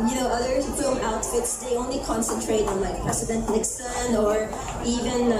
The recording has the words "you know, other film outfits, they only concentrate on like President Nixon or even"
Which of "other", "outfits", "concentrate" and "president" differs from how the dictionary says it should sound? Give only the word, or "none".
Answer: president